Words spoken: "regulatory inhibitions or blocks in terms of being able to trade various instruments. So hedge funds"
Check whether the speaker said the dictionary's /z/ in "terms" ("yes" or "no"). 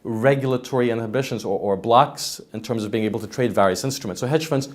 yes